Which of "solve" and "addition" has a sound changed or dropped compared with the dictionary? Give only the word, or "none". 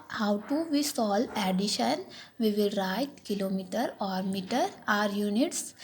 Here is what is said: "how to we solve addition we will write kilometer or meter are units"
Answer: solve